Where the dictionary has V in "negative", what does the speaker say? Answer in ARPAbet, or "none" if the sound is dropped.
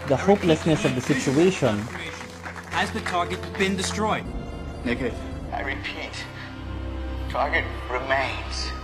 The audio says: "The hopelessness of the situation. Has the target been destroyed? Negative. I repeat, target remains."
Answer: none